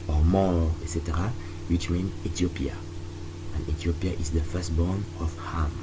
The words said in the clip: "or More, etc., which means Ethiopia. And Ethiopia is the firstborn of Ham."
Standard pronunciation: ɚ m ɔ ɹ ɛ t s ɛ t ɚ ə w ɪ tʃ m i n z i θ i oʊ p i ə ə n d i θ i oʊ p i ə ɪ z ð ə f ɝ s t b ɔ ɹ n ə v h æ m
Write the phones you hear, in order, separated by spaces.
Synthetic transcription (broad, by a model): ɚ m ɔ ɛ t s ɛ t ɚ ə w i tʃ m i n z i t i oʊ p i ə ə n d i t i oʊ p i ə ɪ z ð ə f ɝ s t b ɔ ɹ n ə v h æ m